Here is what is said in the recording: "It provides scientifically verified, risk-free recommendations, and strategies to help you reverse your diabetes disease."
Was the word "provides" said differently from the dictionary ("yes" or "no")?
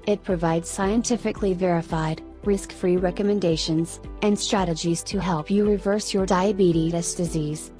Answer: no